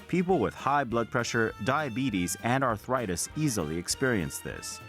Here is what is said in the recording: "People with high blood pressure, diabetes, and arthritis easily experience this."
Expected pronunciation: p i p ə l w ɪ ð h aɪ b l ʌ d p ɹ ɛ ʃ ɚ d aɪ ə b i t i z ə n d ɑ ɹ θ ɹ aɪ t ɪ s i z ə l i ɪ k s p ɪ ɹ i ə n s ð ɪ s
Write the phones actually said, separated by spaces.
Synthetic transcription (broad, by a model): p i p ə l w ɪ ð h aɪ b l ʌ d p ɹ ɛ ʃ ɚ d aɪ ə b i t i z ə n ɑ ɑ ɹ θ ɹ aɪ t ɪ s i z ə l i ɪ k s p ɪ ɹ i ə n s ð ɪ s